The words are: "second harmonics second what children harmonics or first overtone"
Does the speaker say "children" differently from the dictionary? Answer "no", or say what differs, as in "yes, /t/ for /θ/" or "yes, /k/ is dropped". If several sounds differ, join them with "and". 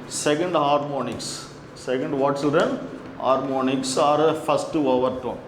yes, /s/ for /tʃ/ and /l/ is dropped